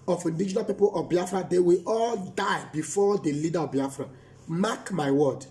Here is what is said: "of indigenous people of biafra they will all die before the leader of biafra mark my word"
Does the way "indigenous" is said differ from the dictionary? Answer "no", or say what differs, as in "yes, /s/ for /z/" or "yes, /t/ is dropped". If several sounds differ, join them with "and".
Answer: yes, /s/ is dropped